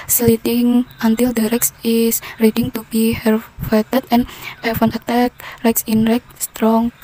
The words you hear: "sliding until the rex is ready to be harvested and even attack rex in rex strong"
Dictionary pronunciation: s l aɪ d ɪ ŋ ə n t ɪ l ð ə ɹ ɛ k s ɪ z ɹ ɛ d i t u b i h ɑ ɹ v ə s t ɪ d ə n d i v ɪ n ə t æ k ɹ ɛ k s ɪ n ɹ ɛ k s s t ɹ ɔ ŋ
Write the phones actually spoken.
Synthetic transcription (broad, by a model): s l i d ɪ ŋ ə n t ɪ l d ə ɹ ɛ k s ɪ s ɹ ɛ d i t u b i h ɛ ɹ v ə t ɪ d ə n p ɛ f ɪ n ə t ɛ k ɹ ɛ k s ɪ n ɹ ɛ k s s t ɹ ɔ ŋ